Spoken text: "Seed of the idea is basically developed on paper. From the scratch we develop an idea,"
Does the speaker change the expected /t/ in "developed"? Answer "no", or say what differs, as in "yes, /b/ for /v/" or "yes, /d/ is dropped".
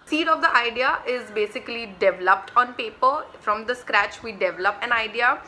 no